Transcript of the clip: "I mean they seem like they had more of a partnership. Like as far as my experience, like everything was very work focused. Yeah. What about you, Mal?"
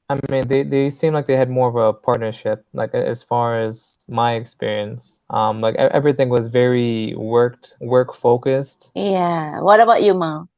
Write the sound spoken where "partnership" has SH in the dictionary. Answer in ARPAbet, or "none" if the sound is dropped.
SH